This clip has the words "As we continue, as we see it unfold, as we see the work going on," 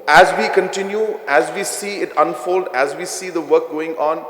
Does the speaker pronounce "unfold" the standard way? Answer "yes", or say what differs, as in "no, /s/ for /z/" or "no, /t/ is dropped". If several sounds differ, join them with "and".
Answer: yes